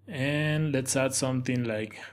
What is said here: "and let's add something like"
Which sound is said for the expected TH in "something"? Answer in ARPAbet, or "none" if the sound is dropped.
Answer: T